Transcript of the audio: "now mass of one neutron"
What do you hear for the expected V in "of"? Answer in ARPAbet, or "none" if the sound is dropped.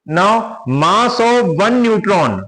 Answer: V